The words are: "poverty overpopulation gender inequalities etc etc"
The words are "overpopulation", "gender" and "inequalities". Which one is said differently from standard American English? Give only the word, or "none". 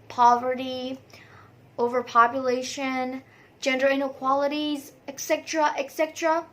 none